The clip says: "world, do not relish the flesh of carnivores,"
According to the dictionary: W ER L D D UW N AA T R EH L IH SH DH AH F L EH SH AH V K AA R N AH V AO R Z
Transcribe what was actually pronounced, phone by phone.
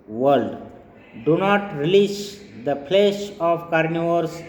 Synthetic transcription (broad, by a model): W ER L D D UW N AA T R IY L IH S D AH P L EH S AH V K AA R N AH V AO R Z